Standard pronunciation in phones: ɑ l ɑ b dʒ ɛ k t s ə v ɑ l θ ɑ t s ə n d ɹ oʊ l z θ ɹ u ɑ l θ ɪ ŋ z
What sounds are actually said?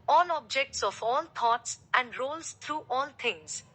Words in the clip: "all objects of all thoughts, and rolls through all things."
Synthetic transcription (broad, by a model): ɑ l ɑ b dʒ ɛ k t s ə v ɑ l t ɑ t s ə n d ɹ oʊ l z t ɹ u ɑ l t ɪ ŋ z